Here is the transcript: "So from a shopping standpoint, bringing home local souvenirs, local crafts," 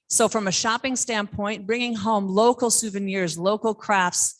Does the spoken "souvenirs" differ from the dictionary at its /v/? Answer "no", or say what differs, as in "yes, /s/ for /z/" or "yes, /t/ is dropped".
no